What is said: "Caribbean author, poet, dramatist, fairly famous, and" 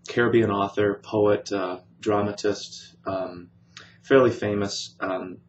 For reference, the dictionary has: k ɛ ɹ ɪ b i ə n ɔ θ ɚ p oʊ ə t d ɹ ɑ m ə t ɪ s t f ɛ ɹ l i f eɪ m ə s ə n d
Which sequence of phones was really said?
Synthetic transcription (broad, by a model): k ɛ ɹ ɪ b i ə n ɔ θ ɚ p oʊ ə t d ɹ ɑ m ə t ɪ s t f ɛ ɹ l i f eɪ m ə s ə